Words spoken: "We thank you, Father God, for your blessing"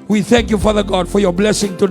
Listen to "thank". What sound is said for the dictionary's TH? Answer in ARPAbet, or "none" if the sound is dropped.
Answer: TH